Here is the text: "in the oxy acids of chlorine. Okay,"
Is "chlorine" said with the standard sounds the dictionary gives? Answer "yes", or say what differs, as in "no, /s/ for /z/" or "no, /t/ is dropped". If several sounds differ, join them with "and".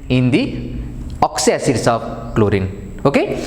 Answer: yes